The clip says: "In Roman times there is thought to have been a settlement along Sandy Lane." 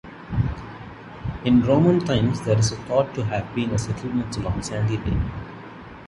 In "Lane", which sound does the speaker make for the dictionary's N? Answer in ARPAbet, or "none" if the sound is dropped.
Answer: none